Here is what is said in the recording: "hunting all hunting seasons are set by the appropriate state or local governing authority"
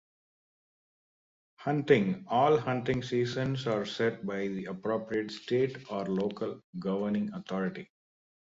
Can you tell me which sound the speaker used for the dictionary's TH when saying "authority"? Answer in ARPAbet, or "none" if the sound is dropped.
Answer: T